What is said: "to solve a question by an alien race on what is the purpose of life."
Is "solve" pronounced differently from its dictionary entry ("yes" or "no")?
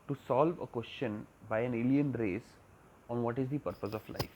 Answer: no